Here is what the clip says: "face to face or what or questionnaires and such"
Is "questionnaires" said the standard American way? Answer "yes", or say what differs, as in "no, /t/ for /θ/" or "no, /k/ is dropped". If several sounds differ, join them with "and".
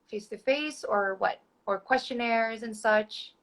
yes